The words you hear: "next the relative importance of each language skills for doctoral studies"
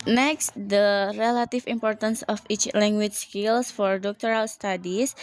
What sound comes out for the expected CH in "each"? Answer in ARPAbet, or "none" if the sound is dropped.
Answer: CH